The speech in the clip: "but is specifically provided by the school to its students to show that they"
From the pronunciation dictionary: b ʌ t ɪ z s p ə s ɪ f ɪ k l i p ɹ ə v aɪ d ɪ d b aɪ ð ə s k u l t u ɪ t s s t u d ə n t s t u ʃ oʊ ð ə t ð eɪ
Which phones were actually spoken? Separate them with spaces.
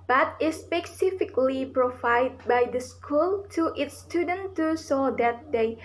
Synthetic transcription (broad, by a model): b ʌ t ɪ s p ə s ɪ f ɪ k l i p ɹ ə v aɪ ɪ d b aɪ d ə s k u l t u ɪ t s s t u d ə n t t u s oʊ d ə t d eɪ